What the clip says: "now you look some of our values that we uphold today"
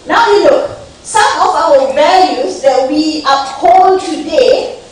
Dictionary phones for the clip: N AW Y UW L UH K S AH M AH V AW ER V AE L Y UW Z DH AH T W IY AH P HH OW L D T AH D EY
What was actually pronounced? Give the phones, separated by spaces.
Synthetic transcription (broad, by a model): N AW Y UW N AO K S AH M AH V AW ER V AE L Y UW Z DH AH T W IY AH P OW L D T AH D EY